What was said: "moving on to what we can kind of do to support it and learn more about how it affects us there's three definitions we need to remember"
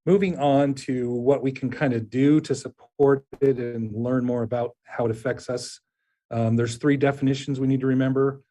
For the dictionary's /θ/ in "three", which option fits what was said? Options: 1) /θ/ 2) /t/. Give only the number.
1